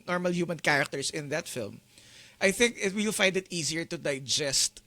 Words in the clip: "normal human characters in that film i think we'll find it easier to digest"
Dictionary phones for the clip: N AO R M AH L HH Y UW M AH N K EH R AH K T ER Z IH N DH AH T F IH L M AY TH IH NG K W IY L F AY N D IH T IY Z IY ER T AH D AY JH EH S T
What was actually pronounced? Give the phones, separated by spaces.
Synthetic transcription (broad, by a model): N AO R M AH L HH Y UW M AH N K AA R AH K T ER S IH N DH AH T F IH L M AY TH IH NG K W IY L F AY N D IH T IY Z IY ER T AH D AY JH EH S T